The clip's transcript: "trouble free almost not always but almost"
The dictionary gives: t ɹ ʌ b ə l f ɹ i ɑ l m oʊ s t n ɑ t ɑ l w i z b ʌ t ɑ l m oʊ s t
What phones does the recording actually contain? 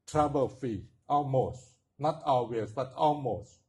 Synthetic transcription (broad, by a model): t ɹ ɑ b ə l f i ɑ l m oʊ s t n ɑ t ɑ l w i s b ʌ t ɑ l m oʊ s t